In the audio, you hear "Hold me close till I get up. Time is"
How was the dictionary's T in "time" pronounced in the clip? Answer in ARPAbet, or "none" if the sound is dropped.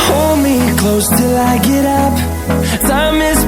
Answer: S